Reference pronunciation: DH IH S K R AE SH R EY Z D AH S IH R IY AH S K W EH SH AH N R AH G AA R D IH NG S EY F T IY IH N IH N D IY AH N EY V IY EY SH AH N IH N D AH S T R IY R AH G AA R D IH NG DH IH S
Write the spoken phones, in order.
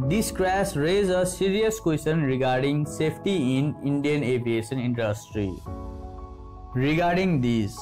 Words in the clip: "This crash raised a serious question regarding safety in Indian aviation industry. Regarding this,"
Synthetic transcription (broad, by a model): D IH S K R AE S R EY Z AH S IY R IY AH S K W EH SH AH N R AH G AA R D IH NG S EY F T IY IH N IH N D IY AH N EY V IY EY SH AH N IH N D AH S T R IY R AH G AA R D IH NG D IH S